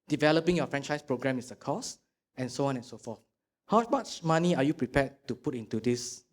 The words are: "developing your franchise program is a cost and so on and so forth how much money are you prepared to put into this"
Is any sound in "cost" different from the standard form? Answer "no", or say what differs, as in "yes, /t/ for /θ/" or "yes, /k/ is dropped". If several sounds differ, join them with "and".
yes, /t/ is dropped